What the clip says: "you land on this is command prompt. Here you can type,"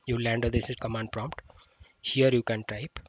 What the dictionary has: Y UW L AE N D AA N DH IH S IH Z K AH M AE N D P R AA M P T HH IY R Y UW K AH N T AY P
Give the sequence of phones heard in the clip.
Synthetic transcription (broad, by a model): Y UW L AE N D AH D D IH S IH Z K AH M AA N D P R AA M P T HH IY R Y UW K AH N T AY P